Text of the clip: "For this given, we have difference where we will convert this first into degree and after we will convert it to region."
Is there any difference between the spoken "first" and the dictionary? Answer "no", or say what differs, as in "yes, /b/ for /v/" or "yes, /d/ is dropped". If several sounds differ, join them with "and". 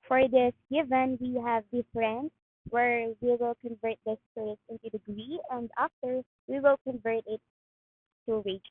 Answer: yes, /t/ is dropped